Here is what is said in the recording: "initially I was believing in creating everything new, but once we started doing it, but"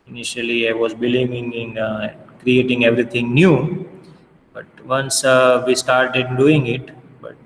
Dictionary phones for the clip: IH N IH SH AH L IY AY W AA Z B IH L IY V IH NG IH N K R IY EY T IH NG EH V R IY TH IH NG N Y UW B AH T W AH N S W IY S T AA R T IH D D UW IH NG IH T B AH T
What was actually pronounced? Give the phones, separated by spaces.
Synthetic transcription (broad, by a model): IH N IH SH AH L IY AY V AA Z B IH L IY V IH NG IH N K R IY EY T IH NG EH V R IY T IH NG N Y UW B AH T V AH N S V IY S T AA R T IH D D UW IH NG IH T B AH T